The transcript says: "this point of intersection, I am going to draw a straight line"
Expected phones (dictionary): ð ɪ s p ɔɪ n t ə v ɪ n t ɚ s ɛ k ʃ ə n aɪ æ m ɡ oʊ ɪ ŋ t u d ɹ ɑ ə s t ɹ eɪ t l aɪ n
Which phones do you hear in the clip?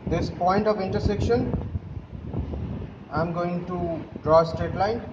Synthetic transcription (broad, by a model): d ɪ s p ɔɪ n t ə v ɪ n t ɚ s ɛ k ʃ ə n aɪ m ɡ oʊ ɪ ŋ t u d ɹ ɑ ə s t ɹ eɪ t l aɪ n